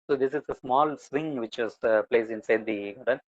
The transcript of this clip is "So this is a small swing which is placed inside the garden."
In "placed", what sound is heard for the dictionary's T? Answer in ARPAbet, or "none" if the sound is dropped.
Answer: none